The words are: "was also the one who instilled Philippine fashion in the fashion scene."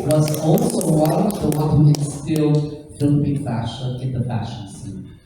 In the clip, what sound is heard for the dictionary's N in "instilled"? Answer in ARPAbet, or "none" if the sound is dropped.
none